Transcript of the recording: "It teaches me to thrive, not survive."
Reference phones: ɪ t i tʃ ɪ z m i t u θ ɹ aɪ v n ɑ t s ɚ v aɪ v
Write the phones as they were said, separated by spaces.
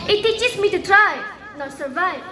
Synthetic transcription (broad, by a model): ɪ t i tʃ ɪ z m i t u t ɹ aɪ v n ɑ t s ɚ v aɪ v